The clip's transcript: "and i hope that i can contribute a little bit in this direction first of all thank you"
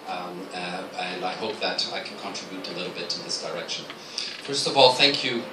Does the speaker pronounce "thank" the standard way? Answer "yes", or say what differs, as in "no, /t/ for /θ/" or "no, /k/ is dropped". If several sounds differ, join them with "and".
yes